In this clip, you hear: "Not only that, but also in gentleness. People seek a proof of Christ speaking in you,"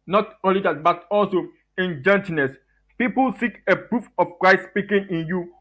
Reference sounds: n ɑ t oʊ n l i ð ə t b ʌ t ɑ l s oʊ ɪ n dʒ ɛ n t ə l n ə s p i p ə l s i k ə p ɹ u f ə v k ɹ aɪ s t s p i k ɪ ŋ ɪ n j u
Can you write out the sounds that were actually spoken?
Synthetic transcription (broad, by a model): n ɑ t oʊ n l i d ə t b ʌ t ɑ l s oʊ ɪ n dʒ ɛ n t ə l n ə s p i p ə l s i k ə p ɹ u f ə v k ɹ aɪ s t s p i k ɪ ŋ ɪ n j u